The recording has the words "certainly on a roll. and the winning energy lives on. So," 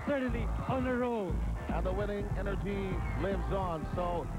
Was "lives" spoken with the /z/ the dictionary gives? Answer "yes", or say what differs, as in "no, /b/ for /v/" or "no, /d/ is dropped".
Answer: yes